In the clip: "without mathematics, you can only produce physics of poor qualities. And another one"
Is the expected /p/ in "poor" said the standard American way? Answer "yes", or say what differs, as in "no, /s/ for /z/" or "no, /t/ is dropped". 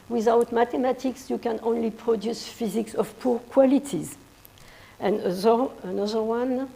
yes